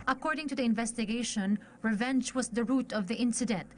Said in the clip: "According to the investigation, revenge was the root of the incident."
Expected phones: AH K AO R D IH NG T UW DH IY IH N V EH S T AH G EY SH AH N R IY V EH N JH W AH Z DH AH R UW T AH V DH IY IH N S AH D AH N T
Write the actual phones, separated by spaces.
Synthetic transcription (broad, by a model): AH K AO R D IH NG T UW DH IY IH N V EH S T AH G EY SH AH N R IY V EH N JH W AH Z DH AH R UW T AH V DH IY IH N S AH D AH N T